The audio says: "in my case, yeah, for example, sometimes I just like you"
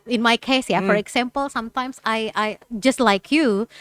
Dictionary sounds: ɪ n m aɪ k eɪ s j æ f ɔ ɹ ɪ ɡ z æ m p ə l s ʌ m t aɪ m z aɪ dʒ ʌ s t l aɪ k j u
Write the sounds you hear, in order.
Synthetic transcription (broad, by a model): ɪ n m aɪ k eɪ s j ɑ f ɔ ɹ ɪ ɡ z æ m p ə l s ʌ m t aɪ m s aɪ dʒ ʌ s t l aɪ k j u